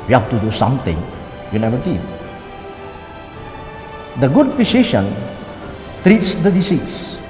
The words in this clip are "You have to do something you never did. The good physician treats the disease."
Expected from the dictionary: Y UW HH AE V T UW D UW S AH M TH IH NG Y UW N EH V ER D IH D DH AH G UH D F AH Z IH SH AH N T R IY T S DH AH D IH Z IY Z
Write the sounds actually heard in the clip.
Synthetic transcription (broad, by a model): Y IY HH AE F T UW D UW S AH M T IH NG Y UW N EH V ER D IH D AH G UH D P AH S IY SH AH N T R IY T S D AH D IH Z IY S